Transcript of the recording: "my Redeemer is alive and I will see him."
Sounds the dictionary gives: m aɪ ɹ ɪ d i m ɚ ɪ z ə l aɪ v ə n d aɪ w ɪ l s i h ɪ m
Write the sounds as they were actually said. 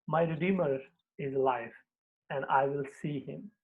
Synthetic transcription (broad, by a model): m aɪ ɹ ɪ d i m ɚ ɪ z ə l aɪ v ə n d aɪ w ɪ l s i h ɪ m